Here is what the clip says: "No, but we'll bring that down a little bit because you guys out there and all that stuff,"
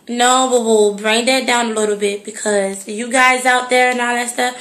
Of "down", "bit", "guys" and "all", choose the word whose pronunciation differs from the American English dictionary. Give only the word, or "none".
none